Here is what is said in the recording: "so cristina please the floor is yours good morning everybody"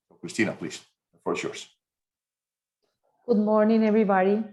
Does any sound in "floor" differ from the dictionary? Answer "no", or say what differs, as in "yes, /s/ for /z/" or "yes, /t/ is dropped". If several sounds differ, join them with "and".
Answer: yes, /l/ is dropped